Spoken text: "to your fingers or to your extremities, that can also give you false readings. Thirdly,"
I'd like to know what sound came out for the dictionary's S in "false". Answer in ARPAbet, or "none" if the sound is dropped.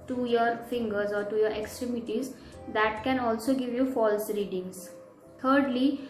S